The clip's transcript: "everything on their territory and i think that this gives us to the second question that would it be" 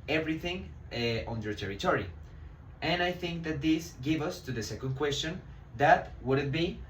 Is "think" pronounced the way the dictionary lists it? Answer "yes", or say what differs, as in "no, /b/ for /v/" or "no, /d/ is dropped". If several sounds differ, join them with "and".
yes